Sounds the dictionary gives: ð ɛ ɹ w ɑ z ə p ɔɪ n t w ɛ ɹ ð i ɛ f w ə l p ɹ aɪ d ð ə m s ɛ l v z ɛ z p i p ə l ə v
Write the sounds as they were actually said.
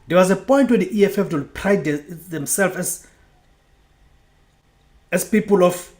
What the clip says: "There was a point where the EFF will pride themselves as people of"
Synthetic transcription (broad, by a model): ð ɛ w ɑ z ə p ɔɪ n t w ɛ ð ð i ɛ f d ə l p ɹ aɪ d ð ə m s ɛ l f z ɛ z p i p ə l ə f